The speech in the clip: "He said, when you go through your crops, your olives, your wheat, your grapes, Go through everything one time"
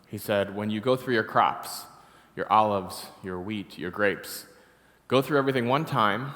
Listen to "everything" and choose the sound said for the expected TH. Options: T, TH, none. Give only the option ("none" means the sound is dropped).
TH